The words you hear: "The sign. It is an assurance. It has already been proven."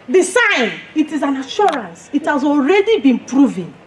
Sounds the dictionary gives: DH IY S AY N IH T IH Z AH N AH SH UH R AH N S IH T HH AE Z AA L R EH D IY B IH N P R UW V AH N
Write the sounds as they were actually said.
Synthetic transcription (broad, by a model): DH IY S AY N IH T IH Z AH N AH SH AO R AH N S IH T HH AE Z AA L R EH D IY B IH N P R UW V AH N